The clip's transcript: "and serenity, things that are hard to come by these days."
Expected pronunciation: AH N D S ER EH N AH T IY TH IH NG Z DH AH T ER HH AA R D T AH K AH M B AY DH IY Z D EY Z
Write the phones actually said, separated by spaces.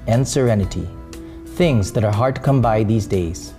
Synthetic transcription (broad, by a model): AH N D S ER EH N AH T IY TH IH NG Z DH AH T ER HH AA R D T K AH M B AY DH IY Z D EY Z